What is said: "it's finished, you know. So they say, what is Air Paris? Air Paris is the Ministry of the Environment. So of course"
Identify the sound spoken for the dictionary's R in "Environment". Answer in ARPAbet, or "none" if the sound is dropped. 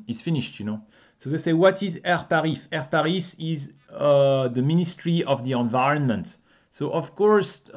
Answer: R